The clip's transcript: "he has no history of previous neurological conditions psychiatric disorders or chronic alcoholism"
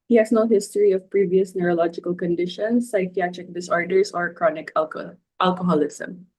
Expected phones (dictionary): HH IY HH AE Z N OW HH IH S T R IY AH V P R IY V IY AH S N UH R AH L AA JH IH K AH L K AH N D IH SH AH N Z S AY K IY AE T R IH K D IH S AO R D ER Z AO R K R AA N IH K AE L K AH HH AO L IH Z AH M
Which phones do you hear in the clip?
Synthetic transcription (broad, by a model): HH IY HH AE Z N OW HH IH S T R IY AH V P R IY V IY AH S N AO R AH L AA JH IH K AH L K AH N D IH SH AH N S AY K IY AE T R IH K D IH S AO R D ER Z AO R K R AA N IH K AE L K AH HH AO L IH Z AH M